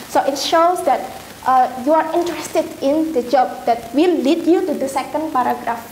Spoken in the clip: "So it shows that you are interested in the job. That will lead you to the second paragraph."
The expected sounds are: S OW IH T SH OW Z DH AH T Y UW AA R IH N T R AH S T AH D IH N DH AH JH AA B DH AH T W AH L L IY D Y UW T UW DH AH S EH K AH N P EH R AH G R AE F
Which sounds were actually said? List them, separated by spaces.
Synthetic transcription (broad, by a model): S OW IH T SH OW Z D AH T Y UW AA R IH N T R AH S T AH D IH N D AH JH AA B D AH T W AH L L IY D Y UW T UW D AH S EH K AH N P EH R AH G R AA F